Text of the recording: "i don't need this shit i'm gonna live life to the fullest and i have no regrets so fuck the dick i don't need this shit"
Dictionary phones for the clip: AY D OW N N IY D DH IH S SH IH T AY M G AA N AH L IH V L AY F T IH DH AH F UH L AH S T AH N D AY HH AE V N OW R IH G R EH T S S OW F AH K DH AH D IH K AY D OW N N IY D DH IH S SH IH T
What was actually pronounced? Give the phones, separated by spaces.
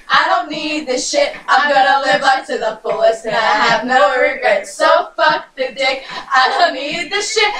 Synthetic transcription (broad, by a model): AY D OW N N IY D DH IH SH IH T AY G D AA AH L IH V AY P T IH DH AH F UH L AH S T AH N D AY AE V N OW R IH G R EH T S S OW F AH K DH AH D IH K AY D OW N N IY D DH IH SH IH T